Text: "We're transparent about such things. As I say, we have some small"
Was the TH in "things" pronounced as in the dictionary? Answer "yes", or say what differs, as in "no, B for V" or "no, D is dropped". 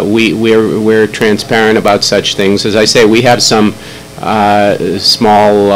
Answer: yes